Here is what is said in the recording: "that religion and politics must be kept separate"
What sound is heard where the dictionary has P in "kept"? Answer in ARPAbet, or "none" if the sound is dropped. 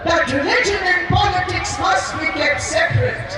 none